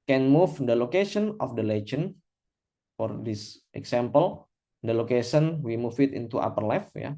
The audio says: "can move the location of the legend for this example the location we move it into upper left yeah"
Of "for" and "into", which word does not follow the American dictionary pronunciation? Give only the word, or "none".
none